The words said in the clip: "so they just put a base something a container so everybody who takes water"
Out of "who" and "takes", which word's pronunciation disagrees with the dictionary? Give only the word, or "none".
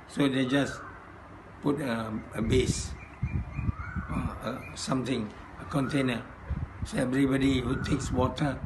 none